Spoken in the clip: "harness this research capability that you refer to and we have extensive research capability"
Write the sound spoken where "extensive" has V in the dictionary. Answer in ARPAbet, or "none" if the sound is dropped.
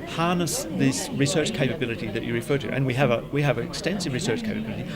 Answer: V